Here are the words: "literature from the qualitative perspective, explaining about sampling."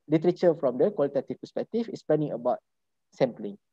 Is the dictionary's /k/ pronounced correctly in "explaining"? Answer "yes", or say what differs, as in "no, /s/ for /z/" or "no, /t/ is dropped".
no, /k/ is dropped